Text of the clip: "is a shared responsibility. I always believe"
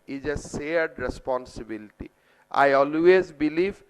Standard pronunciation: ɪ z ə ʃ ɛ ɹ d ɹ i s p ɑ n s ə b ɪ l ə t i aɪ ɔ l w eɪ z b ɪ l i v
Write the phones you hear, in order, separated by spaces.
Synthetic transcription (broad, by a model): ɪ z ə s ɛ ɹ d ɹ i s p ɑ n s ə b ɪ l ə t i aɪ ɔ l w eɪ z b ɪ l i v